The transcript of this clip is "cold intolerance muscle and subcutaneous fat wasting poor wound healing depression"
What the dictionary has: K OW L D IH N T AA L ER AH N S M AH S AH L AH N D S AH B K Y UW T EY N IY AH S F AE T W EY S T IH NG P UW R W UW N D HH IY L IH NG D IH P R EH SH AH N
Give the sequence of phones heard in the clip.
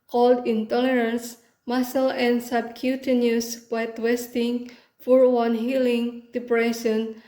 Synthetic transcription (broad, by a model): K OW L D IH N T AA L ER AH N S M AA S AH L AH N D S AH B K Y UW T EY N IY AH S P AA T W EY S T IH NG F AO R W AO N HH IY L IH NG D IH P R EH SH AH N